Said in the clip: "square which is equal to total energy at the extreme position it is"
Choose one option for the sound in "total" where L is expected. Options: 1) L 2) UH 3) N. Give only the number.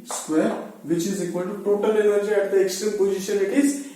1